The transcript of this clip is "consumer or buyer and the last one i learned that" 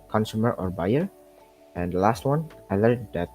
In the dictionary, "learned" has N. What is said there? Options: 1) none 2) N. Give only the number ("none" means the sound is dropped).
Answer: 1